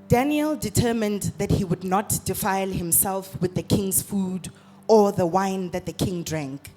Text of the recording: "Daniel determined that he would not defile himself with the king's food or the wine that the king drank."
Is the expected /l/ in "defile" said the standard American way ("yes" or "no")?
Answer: yes